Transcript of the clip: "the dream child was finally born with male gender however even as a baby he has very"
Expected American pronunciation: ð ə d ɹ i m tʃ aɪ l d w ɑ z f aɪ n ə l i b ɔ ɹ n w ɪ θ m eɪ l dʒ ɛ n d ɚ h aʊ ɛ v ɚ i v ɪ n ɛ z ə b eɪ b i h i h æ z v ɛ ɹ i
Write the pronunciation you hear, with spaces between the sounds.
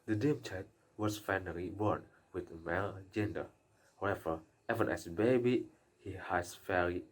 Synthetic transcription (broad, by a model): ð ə d i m tʃ aɪ l d w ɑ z f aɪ n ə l i b ɔ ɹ n w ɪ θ m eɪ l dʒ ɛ n d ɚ h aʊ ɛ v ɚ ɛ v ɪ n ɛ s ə b eɪ b i h i h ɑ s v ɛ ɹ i